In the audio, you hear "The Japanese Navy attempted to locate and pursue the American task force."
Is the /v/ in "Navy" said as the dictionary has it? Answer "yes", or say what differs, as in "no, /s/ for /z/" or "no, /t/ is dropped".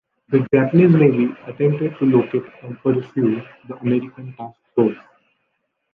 no, /b/ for /v/